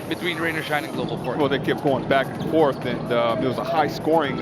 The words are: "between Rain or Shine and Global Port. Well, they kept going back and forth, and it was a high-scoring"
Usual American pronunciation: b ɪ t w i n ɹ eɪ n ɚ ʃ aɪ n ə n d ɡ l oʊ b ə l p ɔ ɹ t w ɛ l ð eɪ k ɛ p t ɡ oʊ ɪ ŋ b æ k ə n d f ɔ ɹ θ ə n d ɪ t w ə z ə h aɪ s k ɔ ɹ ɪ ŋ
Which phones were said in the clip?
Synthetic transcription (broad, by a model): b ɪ t w i n ɹ eɪ n ɚ ʃ aɪ n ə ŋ ɡ l oʊ b ə l f ɔ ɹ w ɛ l ð eɪ k ɛ p ɡ oʊ ɪ ŋ b æ k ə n f ɔ ɹ θ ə n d ɪ t w ə z ə h aɪ s k ɔ ɹ ɪ ŋ